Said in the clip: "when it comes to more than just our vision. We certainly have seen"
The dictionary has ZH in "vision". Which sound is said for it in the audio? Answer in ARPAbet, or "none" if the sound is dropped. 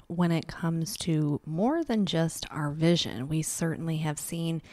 ZH